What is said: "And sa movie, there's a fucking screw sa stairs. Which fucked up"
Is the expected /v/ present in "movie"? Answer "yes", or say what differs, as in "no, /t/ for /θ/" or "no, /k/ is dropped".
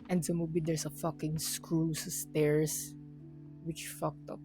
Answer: no, /b/ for /v/